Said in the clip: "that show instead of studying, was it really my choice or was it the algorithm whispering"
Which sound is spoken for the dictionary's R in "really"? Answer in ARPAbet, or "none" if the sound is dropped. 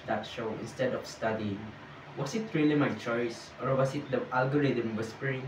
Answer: R